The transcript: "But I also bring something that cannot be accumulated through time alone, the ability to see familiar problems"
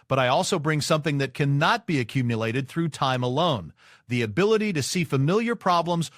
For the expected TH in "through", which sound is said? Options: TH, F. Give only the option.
TH